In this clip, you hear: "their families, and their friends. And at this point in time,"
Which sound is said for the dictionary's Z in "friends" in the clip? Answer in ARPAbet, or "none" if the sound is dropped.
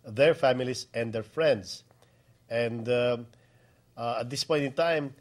S